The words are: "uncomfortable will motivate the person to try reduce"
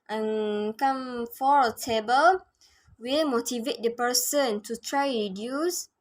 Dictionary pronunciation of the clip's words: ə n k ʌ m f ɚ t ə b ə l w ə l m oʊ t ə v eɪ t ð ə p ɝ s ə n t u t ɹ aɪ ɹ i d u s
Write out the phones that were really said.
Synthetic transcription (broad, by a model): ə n k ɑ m f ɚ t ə b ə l w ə m oʊ t ə v eɪ t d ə p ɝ s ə n t u t ɹ aɪ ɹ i d u s